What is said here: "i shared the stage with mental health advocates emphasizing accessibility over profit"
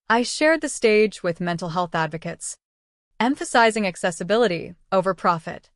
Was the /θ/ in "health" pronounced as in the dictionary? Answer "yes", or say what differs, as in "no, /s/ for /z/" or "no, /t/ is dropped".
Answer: yes